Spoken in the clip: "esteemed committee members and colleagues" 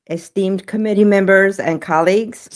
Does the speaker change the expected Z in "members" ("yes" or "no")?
no